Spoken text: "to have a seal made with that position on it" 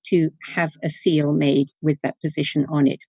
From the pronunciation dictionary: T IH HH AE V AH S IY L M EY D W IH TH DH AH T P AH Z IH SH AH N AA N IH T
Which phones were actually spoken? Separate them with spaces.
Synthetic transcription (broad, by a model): T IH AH V AH S IY L M EY D W IH DH AH T P AH Z IH SH AH N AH N IH T